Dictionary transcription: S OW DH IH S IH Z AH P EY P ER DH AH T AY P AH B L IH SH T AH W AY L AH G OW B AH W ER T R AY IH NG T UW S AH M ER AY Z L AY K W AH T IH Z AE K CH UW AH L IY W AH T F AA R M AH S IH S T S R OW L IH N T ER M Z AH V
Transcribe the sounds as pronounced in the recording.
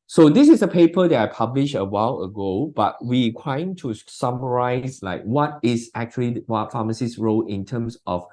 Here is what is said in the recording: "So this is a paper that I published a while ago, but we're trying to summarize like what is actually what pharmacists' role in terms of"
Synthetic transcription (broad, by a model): S OW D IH S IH S AH P EY P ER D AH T AY P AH B L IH SH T AH W AY L AH G OW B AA W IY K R AY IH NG T UW S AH M ER AY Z L AY K W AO T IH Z AE K CH UW AH L IY W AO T F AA M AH S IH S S R OW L IH N T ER M S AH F